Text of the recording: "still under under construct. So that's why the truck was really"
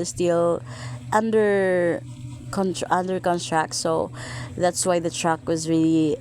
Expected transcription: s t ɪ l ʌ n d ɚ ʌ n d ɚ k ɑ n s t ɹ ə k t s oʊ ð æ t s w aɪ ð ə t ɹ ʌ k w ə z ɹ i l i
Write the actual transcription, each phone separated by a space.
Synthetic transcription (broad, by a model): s t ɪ l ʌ n d ɚ ʌ n d ɚ k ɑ n t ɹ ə k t s oʊ ð æ t s w aɪ ð ə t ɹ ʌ k w ə z ɹ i l i